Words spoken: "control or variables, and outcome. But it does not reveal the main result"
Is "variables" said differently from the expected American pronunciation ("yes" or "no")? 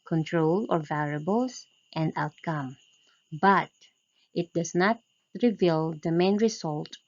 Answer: yes